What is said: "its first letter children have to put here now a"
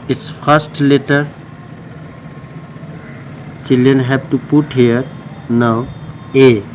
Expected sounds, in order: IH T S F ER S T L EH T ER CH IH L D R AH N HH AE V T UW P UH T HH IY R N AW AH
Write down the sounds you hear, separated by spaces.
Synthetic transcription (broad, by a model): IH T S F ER S T L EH T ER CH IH L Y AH N HH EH B T UW P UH T HH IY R N AW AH